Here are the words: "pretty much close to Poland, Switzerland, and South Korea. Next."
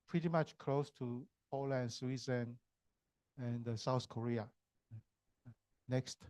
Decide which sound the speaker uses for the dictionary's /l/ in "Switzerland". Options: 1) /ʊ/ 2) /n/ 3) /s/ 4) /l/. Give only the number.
2